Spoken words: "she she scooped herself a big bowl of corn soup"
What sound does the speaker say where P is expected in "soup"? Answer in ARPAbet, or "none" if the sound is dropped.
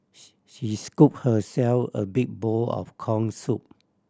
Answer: P